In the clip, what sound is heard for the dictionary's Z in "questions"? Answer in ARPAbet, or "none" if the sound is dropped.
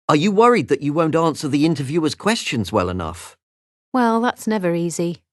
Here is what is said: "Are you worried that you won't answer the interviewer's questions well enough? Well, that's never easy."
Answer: Z